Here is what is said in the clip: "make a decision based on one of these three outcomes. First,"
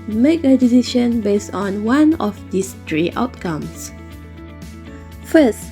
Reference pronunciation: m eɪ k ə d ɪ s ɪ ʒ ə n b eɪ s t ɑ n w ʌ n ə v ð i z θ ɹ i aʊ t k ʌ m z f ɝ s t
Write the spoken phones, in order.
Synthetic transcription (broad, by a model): m eɪ k ə d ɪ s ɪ ʃ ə n b eɪ s t ɑ n w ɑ n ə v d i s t ɹ i aʊ t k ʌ m s f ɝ s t